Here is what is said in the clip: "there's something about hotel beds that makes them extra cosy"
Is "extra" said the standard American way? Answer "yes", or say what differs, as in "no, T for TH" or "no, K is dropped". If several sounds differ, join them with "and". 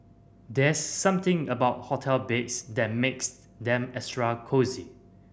no, K is dropped